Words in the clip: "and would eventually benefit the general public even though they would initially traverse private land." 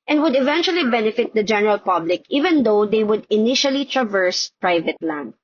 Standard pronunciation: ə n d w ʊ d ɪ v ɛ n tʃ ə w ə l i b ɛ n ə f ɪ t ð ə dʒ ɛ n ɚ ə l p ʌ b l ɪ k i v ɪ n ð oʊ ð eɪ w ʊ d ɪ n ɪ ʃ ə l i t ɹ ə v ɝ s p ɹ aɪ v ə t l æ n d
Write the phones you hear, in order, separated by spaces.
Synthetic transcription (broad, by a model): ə n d w ʊ d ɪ v ɛ n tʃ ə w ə l i b ɛ n ə f ɪ t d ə dʒ ɛ n ɚ ə l p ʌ b l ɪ k i v ɪ n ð oʊ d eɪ w ʊ d ɪ n ɪ ʃ ə l i t ɹ ə v ɝ s p ɹ aɪ v ə t l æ n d